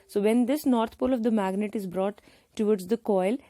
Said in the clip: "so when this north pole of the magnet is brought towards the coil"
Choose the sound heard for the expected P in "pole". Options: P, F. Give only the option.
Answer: P